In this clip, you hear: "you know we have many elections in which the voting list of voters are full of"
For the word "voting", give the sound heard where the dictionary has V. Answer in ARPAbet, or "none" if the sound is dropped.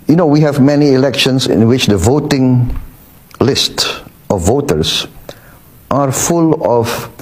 V